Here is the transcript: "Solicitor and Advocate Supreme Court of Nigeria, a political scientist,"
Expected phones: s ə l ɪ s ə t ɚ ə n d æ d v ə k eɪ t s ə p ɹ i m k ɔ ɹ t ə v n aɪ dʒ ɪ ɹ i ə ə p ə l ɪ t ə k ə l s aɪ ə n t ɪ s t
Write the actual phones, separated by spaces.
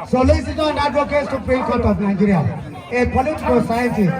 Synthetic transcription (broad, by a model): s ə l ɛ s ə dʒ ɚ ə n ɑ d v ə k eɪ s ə p ɹ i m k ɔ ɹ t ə p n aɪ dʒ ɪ ɹ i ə ə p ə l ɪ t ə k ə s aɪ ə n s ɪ